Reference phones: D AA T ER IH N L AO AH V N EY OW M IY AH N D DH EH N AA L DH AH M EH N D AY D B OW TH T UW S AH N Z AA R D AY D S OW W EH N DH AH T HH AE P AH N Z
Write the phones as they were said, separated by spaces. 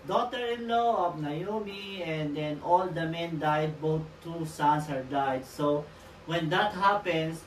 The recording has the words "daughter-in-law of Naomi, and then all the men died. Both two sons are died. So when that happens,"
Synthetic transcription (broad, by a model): D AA T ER IH N L AO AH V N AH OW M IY AH N D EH N AA L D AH M EH N D AY D B OW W T UW S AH N S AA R D AY D S OW W EH N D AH T HH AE P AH N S